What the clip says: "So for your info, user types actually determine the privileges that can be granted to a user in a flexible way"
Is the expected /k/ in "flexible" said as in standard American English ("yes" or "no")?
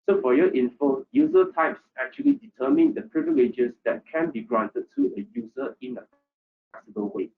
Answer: no